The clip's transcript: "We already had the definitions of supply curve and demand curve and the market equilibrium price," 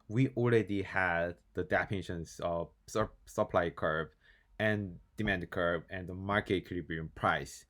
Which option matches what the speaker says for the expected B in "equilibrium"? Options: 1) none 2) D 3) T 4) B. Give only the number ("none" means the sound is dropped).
1